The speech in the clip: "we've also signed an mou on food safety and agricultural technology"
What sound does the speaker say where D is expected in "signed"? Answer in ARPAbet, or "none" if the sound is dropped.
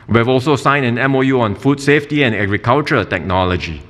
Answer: none